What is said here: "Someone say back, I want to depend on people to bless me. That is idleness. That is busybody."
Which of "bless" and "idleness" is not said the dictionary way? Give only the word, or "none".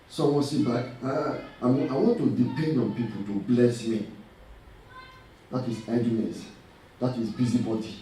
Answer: idleness